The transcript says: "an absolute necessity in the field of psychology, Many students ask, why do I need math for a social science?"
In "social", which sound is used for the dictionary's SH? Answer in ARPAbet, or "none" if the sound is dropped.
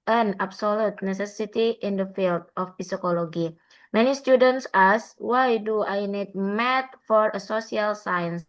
S